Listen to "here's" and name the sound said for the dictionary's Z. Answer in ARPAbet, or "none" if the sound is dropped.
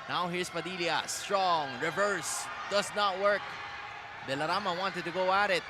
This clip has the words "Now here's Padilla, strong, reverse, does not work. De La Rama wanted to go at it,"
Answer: S